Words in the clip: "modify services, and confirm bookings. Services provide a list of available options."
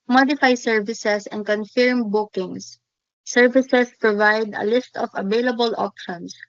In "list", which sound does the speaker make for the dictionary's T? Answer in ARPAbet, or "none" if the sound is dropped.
T